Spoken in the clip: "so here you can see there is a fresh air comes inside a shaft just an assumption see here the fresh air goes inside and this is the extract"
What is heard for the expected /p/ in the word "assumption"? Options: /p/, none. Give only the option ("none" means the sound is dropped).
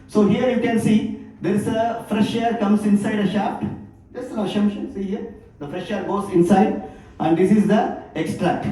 none